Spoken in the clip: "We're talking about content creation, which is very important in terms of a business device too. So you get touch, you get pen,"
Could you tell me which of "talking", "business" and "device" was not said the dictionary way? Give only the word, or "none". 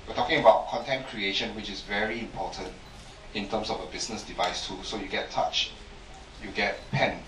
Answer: business